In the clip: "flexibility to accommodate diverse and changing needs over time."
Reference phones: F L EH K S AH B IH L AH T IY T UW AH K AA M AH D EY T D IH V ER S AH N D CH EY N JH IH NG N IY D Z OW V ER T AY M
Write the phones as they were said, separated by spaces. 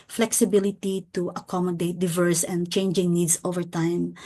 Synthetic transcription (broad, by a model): F L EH K S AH B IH L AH T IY T UW AH K AA M AH D EY T D IH V ER S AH N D CH EY N JH IH NG N IY D S OW V ER T AY M